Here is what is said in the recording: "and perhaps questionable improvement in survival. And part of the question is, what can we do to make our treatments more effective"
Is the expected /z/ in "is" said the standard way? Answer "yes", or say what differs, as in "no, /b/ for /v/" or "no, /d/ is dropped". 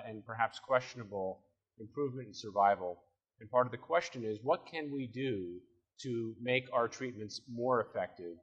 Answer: yes